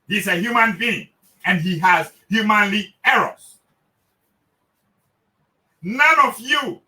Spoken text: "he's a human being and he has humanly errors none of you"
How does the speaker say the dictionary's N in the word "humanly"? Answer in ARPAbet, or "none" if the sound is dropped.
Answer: N